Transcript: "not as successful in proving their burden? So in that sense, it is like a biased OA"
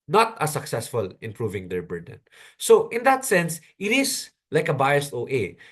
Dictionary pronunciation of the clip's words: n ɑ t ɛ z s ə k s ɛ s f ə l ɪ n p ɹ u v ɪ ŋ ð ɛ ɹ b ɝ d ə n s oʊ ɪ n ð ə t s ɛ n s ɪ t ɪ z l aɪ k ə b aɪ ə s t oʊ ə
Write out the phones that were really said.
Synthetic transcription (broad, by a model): n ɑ t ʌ s ə k s ɛ s f ə l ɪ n p ɹ u v ɪ ŋ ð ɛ ɹ b ɝ d ə n s oʊ ɪ n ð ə t s ɛ n s ɪ t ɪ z l aɪ k ə b aɪ ə s t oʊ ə